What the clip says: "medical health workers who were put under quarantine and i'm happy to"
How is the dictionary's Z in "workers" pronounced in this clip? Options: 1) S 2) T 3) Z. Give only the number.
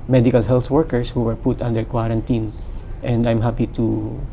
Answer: 1